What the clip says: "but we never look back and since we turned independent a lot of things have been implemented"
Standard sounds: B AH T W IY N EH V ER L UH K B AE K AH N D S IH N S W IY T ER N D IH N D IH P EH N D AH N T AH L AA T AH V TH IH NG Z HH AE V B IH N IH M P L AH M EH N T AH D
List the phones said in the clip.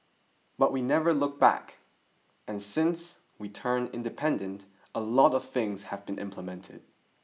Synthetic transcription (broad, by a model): B AH T W IY N EH V ER L UH K B AE K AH N S IH N S W IY T ER N IH N D IH P EH N D AH N T AH L AA T AH V TH IH NG Z HH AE V B IH N IH M P L AH M EH N T AH D